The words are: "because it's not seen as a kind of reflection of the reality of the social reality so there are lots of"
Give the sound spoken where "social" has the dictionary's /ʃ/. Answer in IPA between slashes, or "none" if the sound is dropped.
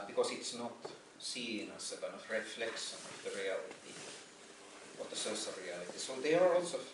/s/